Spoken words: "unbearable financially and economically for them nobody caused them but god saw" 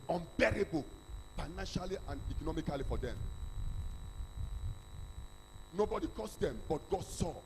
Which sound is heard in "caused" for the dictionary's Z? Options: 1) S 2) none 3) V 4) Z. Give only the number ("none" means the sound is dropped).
1